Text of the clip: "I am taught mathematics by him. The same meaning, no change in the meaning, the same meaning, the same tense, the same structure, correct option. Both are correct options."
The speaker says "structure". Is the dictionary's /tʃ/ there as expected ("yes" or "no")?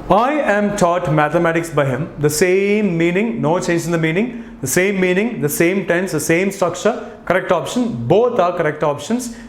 no